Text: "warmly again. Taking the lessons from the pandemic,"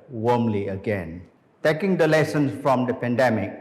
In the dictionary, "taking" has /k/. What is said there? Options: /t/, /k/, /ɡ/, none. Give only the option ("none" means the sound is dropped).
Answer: /k/